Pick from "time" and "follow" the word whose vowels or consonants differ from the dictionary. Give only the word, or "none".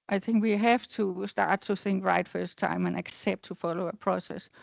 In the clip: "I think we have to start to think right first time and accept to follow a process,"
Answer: none